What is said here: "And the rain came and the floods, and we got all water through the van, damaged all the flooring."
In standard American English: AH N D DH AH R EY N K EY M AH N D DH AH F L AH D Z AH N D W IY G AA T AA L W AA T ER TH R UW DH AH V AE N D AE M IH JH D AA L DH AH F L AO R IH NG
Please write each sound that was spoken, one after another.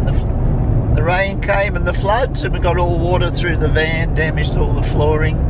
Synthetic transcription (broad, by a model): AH DH AH R EY N K EY M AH N DH AH F L AH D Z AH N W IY G AA T AA L W AA T ER TH R UW DH AH V AE N D AE M IH JH D AA L DH AH F L AO R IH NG